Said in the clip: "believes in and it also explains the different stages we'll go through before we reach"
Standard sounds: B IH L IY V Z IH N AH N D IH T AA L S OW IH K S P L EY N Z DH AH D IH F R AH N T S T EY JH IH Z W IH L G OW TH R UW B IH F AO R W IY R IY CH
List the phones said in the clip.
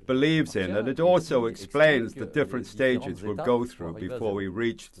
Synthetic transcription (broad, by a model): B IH L IY V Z IH N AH N IH T AA L S OW IH K S P L EY N Z DH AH D IH F R AH N T S T EY JH IH Z W IH L G OW TH R UW B IH F AO R W IY R IY CH